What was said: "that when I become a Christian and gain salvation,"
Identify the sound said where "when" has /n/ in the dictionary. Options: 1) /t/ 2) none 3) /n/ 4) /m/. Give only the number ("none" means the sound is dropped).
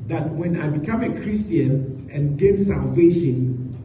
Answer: 3